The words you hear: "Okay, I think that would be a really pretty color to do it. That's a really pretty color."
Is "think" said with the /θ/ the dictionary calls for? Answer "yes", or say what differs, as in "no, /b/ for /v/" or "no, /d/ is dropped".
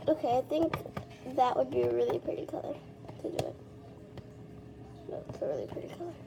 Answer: yes